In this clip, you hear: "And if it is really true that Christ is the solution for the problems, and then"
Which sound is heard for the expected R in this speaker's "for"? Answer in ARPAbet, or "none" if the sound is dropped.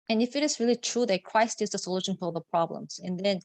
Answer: L